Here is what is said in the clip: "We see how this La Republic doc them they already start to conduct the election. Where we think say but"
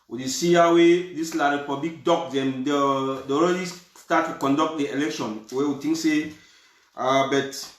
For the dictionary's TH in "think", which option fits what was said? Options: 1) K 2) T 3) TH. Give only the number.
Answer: 2